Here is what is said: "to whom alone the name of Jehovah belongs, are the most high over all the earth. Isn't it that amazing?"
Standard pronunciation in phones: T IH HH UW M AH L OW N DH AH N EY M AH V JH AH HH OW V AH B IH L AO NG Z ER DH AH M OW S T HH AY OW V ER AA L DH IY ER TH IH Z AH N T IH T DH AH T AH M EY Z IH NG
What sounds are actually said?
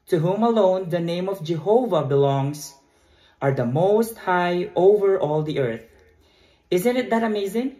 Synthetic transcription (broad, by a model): T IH HH UW M AH L OW N DH AH N EY M AH V JH AH HH OW V AH B IH L AO NG Z ER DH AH M OW S T HH AY OW V ER AA L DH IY ER TH IH Z AH N T IH T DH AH T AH M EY Z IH NG